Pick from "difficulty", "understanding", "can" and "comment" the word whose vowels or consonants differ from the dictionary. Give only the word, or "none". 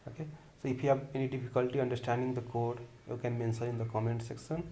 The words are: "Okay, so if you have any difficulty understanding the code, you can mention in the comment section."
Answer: difficulty